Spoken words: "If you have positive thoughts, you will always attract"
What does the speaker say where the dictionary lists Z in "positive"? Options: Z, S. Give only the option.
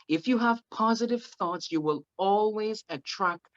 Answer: Z